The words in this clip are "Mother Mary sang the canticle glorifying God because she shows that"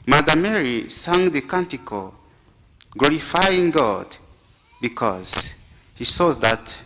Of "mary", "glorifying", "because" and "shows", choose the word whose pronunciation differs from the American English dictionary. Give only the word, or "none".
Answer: shows